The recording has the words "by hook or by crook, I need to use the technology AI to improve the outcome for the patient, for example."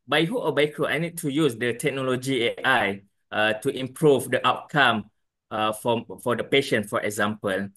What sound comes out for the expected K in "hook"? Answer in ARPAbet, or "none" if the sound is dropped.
none